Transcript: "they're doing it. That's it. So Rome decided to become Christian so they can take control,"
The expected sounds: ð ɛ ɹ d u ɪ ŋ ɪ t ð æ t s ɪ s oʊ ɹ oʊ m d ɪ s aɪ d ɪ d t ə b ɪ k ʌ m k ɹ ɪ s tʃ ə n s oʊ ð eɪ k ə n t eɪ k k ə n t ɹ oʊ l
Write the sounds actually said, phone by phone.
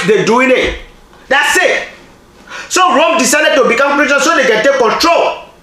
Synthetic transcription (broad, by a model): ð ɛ d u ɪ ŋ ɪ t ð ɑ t s ɪ s oʊ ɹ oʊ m d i s aɪ d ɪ d t ə b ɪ k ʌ m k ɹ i tʃ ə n s oʊ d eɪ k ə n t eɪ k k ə n t ɹ oʊ l